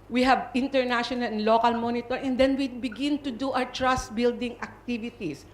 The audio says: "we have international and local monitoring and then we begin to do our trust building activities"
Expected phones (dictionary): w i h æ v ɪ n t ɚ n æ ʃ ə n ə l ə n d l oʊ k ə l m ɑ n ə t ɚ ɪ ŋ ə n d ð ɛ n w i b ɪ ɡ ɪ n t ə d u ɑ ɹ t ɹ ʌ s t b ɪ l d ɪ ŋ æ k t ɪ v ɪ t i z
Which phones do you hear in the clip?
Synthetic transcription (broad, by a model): w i h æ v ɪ n t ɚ n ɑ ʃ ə n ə l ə n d l oʊ k ə l m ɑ n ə t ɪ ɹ ə n d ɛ n w i b ɪ ɡ ɪ n t ə d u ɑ w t ɹ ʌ s t b ɪ l d ɪ ŋ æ k t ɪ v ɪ t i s